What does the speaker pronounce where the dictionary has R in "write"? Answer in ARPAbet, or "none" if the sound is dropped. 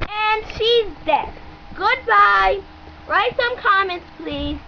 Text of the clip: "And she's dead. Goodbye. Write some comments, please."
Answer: R